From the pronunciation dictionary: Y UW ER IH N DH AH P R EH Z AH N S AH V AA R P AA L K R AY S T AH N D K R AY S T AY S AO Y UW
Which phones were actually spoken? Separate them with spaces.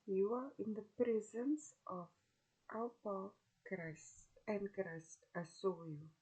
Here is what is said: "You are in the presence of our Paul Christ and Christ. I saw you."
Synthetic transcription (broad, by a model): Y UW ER IH N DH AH P R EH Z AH N S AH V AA L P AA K R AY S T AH N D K R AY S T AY S AO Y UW